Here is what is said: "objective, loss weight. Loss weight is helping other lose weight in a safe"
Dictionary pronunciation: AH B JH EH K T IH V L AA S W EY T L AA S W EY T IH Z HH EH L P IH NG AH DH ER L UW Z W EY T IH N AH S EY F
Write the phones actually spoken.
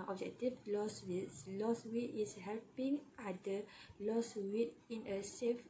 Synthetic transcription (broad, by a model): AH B JH EH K T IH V L AA S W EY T L AA S W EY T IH S HH EH L P IH NG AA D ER L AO S W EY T IH N AH S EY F